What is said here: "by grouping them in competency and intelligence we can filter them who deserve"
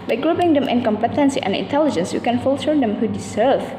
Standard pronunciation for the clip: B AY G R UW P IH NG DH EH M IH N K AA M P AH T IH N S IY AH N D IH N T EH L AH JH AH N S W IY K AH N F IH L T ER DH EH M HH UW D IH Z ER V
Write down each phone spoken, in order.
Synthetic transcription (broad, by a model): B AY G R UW B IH NG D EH M IH N K AA M P AH T IH N S IY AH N IH N T EH L AH JH AH N S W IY K AH N F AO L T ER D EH M HH UW D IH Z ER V